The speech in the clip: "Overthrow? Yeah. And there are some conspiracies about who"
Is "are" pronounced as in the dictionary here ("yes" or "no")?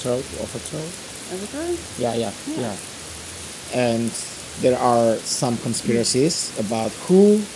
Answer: yes